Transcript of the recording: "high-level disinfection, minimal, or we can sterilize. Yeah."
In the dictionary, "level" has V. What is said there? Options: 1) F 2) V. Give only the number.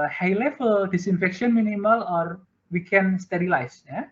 1